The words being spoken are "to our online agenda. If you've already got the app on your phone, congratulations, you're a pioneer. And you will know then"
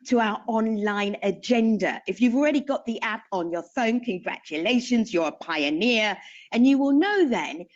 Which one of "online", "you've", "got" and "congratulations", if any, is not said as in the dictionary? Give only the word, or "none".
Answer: none